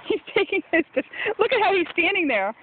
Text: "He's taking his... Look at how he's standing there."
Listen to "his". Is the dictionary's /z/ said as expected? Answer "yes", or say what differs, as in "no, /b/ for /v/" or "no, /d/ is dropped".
no, /s/ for /z/